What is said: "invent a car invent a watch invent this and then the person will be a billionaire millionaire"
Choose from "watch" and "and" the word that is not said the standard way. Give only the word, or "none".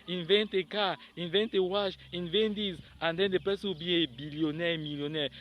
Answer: watch